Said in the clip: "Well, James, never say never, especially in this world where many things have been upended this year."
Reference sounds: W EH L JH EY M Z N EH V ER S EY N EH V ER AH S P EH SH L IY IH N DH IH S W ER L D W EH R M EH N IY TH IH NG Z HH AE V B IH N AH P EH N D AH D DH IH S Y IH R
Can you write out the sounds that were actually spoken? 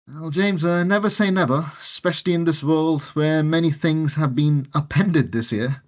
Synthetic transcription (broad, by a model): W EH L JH EY M Z N EH V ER S EY N EH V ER AH S P EH SH L IY IH N DH IH S W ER L D W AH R M EH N IY TH IH NG Z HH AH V B IH N AH P EH N D AH D DH IH S Y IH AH